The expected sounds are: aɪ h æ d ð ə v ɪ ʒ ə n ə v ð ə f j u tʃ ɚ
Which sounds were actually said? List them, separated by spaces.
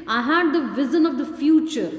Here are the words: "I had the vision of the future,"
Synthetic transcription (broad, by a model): aɪ h æ d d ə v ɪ z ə n ə v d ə f j u tʃ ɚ